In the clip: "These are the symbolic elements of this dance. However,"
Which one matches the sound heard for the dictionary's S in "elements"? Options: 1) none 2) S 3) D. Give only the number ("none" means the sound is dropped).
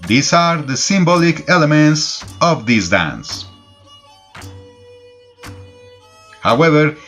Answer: 2